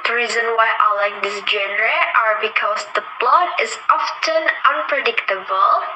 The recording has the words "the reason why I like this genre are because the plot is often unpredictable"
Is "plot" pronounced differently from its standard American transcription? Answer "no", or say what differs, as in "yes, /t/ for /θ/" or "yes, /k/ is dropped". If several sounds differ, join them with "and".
yes, /b/ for /p/